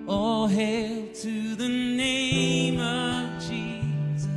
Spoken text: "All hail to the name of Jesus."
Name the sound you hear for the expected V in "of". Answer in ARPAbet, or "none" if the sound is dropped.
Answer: V